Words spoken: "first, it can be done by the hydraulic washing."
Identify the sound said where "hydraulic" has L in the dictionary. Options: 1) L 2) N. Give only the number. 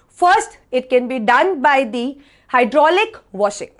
1